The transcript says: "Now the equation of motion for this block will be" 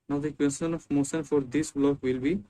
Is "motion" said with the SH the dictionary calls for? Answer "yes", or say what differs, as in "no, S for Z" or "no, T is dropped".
no, S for SH